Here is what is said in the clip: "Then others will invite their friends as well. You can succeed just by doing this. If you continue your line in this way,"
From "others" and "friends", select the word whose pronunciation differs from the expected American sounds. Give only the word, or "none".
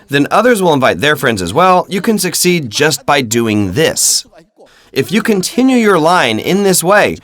none